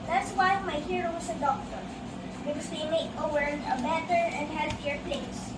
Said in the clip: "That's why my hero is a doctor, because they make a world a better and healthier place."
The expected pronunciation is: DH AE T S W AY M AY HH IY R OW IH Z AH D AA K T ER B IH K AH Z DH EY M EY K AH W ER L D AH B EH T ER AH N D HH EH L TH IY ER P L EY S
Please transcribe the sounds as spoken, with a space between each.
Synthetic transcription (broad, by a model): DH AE T S W AY M AY HH IY R OW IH S AH D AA K T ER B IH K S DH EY M EY K AH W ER D AH B EH T ER AH N D HH EH L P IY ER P L EY S